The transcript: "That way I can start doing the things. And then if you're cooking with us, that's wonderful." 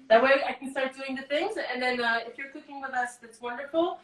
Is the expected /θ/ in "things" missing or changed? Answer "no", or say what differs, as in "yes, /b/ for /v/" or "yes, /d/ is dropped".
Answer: no